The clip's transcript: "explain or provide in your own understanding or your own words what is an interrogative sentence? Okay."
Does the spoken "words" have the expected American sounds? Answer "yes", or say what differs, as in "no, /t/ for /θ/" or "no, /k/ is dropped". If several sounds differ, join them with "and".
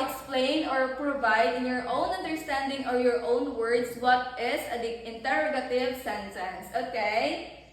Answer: no, /s/ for /z/